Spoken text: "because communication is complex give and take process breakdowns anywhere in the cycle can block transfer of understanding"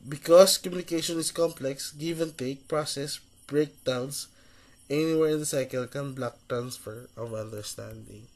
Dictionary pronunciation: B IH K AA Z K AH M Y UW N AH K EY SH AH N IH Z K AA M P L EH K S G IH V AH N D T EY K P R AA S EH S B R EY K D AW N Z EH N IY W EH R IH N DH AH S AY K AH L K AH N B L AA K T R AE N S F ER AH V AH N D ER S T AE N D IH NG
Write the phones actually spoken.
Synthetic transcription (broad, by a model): B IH K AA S K AH M Y UW N AH K EY SH AH N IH S K AA M P L EH K S G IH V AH N T EY K P R AA S EH S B R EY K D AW N S EH N IY W EH R IH N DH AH S AY K AH L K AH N B L AA K T R AE N S F ER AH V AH N D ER S T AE N D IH NG